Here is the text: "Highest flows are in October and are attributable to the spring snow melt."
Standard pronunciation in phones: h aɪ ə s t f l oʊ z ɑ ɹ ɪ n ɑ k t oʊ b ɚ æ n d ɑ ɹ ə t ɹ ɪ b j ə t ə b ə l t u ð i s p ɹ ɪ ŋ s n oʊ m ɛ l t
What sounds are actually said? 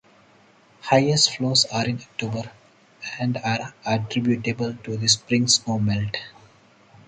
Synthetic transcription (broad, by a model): h aɪ ə s t f l oʊ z ɑ ɹ ɪ n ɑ k t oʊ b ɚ æ n d ɑ ɹ ə t ɹ ɪ b j ə t ə b ə l t u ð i s p ɹ ɪ ŋ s oʊ m ɛ l t